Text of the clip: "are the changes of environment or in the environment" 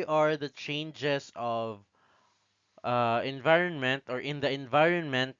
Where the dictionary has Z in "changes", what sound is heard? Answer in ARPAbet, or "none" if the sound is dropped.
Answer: S